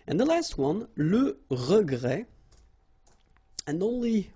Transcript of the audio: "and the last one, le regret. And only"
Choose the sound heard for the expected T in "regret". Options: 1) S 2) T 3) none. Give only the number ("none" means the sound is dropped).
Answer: 3